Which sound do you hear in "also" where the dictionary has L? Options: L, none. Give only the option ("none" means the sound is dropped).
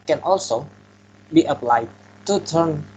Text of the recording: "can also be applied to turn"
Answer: L